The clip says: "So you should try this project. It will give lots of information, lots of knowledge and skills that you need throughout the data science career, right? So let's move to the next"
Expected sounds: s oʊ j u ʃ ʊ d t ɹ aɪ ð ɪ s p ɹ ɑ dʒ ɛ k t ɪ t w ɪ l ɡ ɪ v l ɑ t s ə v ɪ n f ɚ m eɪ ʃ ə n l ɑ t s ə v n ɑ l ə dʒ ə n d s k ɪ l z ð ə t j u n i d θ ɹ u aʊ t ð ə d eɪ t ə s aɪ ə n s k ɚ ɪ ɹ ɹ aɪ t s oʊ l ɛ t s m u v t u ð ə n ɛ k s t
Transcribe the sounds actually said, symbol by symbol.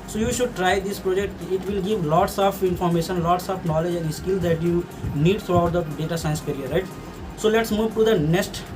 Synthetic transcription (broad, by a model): s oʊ j u ʃ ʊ d t ɹ aɪ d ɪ s p ɹ ɑ dʒ ɛ k t ɪ t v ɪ l ɡ ɪ v l ɑ t s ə f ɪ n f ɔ m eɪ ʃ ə n l ɑ t s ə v n ɑ l ə dʒ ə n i s k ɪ l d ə t j u n i d t ɹ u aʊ t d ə d eɪ t ə s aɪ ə n s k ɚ ɹ ɹ aɪ t s oʊ l ɛ t s m u v t u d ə n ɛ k s t